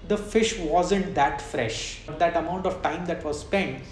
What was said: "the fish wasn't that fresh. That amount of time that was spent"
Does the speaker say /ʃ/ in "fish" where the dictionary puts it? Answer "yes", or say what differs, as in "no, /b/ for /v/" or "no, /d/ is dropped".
yes